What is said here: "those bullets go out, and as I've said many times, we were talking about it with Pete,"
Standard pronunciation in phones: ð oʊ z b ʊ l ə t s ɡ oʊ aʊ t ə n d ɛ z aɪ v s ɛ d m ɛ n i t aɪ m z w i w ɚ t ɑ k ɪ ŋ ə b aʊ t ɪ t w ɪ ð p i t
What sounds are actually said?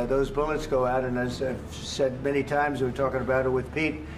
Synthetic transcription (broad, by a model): ð oʊ z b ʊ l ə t s ɡ oʊ aʊ t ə n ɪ z aɪ v s ɛ d m ɛ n i t aɪ m z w w ɚ t ɑ k ɪ ŋ ə b aʊ t ɪ t w ɪ ð p i t